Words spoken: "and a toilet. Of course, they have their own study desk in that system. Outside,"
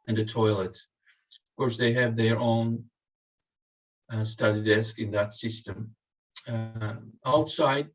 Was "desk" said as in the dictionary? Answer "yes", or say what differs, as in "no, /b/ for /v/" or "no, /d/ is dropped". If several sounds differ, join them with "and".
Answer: yes